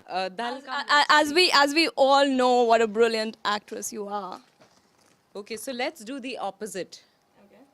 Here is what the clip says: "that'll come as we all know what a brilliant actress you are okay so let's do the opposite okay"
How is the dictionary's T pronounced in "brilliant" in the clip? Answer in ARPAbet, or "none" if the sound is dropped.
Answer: T